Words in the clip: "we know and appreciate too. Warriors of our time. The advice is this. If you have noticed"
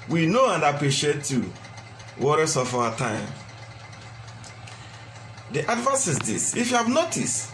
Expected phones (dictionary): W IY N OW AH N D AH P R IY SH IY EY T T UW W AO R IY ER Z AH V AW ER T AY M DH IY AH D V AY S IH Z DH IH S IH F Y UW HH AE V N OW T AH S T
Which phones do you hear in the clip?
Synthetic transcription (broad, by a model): W IY N OW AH N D AH P R IY SH IY EY T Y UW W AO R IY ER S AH F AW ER T AY M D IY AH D V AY S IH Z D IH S IH F Y UW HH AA V N OW T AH S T